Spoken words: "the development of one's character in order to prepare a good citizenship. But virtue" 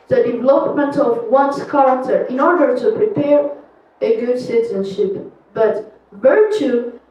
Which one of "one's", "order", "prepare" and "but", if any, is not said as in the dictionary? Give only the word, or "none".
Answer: one's